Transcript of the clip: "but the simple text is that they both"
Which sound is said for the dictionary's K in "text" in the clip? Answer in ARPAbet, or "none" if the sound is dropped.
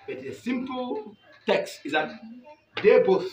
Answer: K